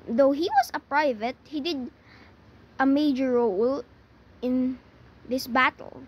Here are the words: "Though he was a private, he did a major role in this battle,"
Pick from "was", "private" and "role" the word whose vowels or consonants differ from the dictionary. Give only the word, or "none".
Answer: was